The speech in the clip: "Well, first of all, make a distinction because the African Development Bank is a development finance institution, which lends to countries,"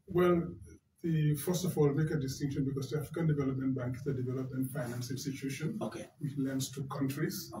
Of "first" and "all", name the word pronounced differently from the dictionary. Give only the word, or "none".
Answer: none